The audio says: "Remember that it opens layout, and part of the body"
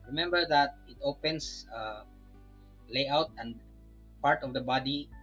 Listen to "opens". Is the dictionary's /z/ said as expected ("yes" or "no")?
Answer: no